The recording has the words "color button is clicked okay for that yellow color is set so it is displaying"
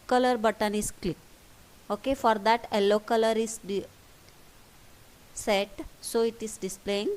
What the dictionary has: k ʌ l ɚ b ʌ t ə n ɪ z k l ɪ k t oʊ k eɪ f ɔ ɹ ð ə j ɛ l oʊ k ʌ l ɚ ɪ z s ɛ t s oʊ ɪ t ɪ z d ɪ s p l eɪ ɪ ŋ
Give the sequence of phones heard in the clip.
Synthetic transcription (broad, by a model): k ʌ l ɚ b ʌ t ə n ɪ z k l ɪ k oʊ k eɪ f ɔ ɹ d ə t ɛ l oʊ k ʌ l ɚ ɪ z s ɛ t s oʊ ɪ t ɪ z d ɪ s p l eɪ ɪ ŋ